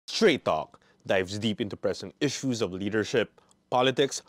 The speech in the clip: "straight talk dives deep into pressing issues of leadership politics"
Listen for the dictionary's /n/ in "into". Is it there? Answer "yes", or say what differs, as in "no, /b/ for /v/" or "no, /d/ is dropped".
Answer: yes